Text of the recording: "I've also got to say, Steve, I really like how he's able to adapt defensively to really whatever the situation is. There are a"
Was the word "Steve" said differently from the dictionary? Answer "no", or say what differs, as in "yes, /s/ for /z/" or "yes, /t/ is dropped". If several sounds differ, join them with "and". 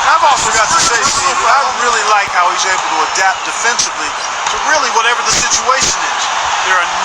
yes, /v/ is dropped